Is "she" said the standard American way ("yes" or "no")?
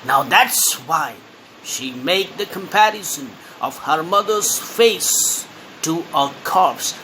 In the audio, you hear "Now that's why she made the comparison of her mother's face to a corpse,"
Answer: yes